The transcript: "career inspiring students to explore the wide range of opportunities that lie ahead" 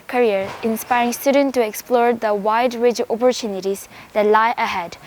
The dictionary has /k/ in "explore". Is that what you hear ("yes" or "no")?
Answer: yes